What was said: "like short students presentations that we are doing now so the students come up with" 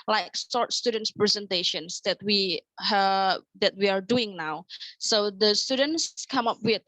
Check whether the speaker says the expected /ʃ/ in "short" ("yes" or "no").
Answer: no